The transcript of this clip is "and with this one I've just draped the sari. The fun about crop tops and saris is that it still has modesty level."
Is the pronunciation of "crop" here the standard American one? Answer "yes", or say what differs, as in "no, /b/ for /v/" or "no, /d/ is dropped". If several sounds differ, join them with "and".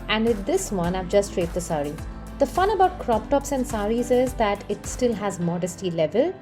yes